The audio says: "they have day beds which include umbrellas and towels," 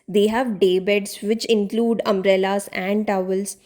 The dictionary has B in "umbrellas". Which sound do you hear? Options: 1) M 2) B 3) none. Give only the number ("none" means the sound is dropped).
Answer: 3